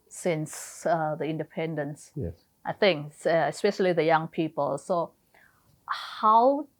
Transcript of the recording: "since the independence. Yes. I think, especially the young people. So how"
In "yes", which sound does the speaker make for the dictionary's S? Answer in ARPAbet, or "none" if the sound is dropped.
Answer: none